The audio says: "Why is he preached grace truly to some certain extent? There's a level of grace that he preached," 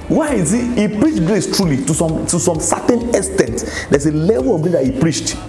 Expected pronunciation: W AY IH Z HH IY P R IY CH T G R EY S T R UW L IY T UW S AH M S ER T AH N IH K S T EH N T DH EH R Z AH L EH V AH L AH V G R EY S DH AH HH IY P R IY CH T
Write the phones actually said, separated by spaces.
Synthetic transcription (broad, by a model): W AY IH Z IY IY P R IY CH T G R EY S T R UW L IY T UW S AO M S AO T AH N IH S T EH N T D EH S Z AH L EH V AH L AH V G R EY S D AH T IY P R IY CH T